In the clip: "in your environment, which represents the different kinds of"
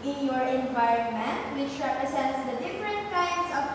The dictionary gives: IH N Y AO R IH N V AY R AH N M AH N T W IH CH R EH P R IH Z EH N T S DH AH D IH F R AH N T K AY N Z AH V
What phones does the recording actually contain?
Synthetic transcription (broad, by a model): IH N Y AO R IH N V AY R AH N M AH N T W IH CH R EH P R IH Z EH N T S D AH D IH F R AH N T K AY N S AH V